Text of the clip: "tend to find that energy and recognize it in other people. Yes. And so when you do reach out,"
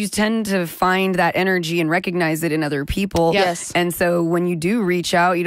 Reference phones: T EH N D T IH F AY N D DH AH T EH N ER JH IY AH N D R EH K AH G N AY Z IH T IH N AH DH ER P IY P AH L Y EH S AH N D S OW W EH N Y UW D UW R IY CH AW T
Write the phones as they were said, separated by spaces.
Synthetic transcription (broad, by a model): T EH N T IH F AY N DH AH T EH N ER JH IY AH N R EH K AH G N AY Z IH T IH N AH DH ER P IY P L Y EH S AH N S OW W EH N Y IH D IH R IY CH AW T